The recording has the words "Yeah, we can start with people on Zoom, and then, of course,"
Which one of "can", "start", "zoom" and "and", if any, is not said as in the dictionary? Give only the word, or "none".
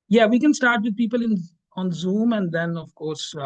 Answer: none